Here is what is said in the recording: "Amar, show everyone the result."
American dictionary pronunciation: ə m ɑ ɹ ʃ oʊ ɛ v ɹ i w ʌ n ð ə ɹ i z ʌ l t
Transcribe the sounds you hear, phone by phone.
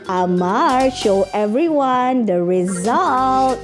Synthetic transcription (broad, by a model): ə m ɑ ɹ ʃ oʊ ɛ v ɹ i w ʌ n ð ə ɹ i z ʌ l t